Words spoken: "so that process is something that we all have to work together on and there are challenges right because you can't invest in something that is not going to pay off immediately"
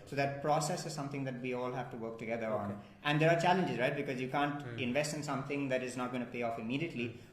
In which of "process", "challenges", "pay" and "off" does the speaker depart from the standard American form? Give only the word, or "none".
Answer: none